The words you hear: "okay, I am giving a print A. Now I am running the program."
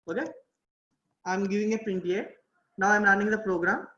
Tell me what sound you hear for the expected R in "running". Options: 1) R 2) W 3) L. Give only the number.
3